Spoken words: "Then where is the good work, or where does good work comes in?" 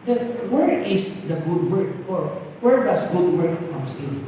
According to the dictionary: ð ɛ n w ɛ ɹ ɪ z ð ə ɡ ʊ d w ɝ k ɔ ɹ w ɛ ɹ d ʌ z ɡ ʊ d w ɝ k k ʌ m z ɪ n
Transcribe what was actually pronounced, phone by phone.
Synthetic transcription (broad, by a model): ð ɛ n w ɛ ɹ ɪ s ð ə ɡ ʊ d w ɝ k ɔ ɹ w ɛ ɹ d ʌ s ɡ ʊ d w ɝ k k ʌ m s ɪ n